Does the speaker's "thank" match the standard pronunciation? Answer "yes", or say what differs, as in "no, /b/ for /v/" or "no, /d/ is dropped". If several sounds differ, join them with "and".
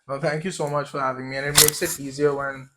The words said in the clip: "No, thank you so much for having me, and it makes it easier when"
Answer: yes